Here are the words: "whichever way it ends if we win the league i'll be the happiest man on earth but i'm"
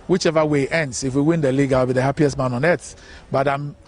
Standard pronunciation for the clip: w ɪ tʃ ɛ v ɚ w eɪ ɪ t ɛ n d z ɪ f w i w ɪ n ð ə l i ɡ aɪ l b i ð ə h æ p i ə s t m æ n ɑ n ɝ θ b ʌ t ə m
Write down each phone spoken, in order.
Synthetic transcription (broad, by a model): w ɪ tʃ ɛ v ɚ w eɪ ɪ t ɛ n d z ɪ f w i w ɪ n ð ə l i ɡ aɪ w b i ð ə h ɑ p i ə s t m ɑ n ɑ n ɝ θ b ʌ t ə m